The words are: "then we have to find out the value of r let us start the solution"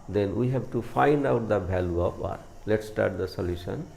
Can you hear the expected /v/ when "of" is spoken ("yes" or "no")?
no